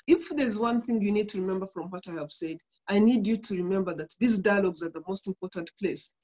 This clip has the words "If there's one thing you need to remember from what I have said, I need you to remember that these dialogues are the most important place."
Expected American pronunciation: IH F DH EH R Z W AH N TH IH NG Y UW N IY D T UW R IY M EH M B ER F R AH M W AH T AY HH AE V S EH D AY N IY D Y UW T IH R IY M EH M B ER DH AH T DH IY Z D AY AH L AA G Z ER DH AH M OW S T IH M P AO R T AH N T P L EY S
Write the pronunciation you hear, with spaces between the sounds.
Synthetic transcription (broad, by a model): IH F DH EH R Z W AH N TH IH NG Y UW N IY D T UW R IY M EH M B ER F R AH M W AH T AY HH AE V S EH D AY N IY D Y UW T IH R IY M EH M B ER DH AH T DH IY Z D AY AH L AA G Z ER DH AH M OW S T IH M P AO R T AH N T P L EY S